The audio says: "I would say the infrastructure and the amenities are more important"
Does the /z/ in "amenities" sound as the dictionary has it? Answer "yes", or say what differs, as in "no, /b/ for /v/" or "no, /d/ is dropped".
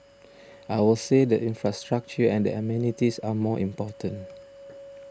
no, /s/ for /z/